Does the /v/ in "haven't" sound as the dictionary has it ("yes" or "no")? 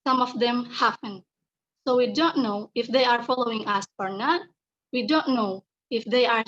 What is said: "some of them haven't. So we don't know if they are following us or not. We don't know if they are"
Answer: no